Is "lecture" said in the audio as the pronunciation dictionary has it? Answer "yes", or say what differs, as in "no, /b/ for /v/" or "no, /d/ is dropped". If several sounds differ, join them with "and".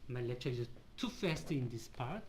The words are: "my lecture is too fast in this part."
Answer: no, /k/ is dropped